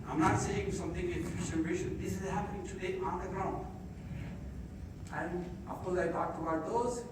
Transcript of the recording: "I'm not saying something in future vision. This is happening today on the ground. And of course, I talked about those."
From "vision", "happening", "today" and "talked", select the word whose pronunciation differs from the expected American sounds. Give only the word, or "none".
vision